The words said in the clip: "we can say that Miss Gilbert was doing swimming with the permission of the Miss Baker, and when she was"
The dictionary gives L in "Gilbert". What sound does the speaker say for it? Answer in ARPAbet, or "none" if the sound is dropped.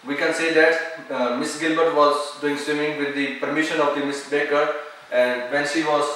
L